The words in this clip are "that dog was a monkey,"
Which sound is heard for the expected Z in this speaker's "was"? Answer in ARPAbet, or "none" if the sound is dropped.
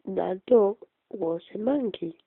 S